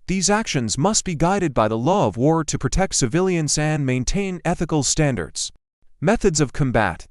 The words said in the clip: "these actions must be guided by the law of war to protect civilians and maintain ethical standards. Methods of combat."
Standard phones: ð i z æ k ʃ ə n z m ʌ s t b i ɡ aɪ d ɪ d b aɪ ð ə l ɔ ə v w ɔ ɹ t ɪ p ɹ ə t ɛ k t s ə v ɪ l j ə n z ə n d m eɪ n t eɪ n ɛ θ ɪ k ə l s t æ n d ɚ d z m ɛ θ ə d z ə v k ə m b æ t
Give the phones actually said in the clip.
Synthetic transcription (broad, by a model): ð i z æ k ʃ ə n z m ʌ s t b i ɡ aɪ d ɪ d b aɪ ð ə l ɔ ə v w ɔ ɹ t ɪ p ɹ ə t ɛ k t s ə v ɪ l j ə n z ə n m eɪ n t eɪ n ɛ θ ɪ k l s t æ n d ɚ d z m ɛ θ ə d z ə v k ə m b æ t